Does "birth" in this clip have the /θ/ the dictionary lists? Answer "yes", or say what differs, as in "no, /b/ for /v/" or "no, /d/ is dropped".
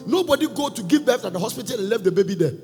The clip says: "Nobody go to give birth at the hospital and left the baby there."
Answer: no, /f/ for /θ/